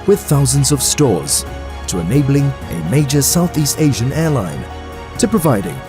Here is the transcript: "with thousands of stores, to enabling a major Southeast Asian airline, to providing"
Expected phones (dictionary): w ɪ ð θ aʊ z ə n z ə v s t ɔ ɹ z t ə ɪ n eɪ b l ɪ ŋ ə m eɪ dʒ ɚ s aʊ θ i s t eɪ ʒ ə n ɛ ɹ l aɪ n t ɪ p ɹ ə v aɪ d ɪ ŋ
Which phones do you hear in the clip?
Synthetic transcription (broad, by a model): w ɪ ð θ aʊ z ə n z ə v s t ɔ ɹ z t ə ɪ n eɪ b l ɪ ŋ ə m eɪ dʒ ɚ s aʊ θ i s t eɪ ʒ ə n ɛ ɹ l aɪ n t ɪ p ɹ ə v aɪ d ɪ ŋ